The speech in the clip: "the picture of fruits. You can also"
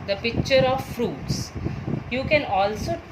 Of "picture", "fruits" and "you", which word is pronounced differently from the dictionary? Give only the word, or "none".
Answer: none